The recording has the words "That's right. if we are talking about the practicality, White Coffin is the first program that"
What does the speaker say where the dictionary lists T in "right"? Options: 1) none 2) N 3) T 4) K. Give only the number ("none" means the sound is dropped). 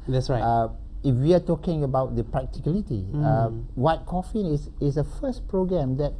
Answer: 1